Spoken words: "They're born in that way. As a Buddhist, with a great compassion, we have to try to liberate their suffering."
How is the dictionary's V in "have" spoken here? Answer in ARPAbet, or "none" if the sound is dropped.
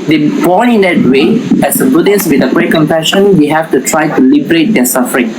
F